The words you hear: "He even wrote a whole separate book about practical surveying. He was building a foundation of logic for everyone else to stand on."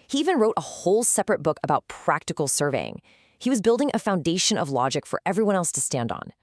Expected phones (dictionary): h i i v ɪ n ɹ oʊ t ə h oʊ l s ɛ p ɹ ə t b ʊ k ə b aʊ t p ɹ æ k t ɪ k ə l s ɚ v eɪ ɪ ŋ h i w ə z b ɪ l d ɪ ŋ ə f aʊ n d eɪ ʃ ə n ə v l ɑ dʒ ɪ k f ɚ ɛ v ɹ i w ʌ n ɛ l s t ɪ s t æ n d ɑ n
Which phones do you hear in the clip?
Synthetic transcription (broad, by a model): h i i v ɪ n ɹ oʊ t ə h oʊ l s ɛ p ɹ ə t b ʊ k ə b aʊ t p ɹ æ k t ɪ k l s ɚ v eɪ ɪ ŋ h i w ə z b ɪ l d ɪ ŋ ə f aʊ n d eɪ ʃ ə n ə v l ɑ dʒ ɪ k f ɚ ɛ v ɹ i w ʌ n ɛ l s t ɪ s t æ n d n